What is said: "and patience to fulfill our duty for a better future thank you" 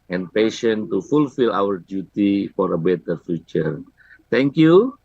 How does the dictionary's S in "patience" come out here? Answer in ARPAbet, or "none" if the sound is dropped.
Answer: none